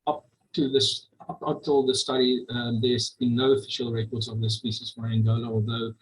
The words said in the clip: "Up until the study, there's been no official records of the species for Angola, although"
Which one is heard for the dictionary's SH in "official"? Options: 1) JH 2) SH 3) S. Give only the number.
2